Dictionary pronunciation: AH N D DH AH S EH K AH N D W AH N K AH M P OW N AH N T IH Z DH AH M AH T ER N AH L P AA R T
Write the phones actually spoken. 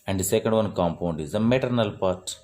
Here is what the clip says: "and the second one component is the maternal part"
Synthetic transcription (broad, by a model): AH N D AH S EH K AH N D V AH N K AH M P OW N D IH Z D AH M AH T ER N AH L P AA R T